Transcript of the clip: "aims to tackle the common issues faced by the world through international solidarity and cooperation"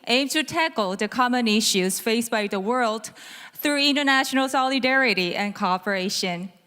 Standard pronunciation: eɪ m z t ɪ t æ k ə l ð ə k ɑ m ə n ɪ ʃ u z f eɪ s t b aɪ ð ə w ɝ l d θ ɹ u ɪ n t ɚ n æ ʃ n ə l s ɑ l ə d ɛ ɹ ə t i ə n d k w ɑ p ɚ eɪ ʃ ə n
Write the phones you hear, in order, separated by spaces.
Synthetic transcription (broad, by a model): eɪ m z t ɪ t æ k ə l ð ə k ɑ m ə n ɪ ʃ u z f eɪ s b aɪ ð ə w ɝ l d θ ɹ u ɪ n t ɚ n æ ʃ n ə l s ɑ l ə d ɛ ɹ ə t i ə n k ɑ p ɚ eɪ ʃ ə n